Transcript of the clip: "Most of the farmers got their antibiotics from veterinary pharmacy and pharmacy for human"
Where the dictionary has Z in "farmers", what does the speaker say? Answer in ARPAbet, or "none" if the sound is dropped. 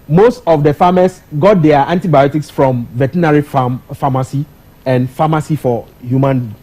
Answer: S